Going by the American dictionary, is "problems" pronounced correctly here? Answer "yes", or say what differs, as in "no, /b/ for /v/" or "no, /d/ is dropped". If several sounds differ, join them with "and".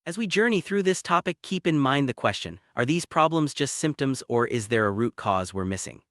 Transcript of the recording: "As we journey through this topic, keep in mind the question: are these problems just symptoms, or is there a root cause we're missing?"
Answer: yes